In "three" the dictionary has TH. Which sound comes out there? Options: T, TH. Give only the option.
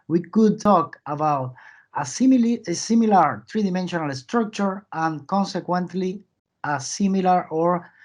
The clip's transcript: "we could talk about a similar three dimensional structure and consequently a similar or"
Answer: T